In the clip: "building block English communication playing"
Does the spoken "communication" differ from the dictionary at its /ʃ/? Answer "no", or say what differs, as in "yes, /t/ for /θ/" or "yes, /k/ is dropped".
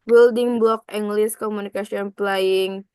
yes, /s/ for /ʃ/